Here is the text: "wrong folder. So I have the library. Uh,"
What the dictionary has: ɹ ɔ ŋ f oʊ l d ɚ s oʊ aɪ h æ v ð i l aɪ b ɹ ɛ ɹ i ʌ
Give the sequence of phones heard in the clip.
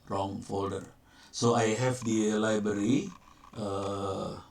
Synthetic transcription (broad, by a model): ɹ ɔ ŋ f oʊ l d ɚ s oʊ aɪ h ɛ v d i l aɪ b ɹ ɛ ɹ i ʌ